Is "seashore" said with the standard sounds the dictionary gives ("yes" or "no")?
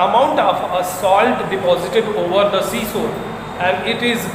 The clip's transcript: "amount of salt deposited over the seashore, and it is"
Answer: no